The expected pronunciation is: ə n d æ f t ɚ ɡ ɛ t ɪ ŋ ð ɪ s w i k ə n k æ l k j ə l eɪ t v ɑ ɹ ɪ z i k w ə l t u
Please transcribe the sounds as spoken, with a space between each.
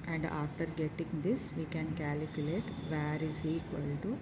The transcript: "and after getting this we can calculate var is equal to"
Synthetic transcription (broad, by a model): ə n d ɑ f t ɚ ɡ ɛ t ɪ ŋ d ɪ s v i k ə n k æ l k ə l eɪ t v ɑ ɹ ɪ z i k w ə l t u